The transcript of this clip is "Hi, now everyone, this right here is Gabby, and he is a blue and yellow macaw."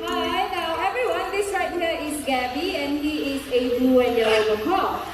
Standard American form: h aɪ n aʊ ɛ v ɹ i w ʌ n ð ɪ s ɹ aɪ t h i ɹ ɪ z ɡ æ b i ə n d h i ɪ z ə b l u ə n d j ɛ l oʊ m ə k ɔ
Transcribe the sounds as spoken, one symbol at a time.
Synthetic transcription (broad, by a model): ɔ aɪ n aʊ ɛ v ɹ i w ʌ n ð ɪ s ɹ aɪ t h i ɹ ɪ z ɡ æ b i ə n h i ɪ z ə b u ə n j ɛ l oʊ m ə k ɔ